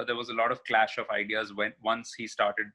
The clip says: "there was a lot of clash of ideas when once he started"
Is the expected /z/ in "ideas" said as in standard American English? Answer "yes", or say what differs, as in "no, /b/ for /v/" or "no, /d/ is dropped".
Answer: yes